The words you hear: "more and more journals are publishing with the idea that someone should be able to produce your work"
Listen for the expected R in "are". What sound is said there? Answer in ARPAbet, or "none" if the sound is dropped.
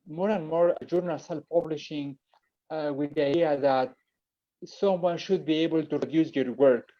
L